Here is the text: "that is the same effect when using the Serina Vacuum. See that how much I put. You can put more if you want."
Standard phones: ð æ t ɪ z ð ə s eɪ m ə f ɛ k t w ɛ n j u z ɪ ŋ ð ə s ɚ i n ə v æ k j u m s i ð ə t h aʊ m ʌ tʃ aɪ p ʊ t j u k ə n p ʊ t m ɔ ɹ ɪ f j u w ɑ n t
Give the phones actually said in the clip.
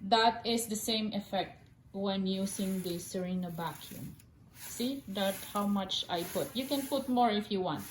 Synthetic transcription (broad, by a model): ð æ t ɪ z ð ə s eɪ m ə f ɛ k t w ɛ n j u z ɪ ŋ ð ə s ɚ i n ə b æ k j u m s i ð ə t h aʊ m ʌ tʃ aɪ p ʊ t j u k ə n p ʊ t m ɔ ɹ ɪ f j u w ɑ n t